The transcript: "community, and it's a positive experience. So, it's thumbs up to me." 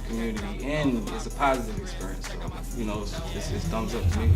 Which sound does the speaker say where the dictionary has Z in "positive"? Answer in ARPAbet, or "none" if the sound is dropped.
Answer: Z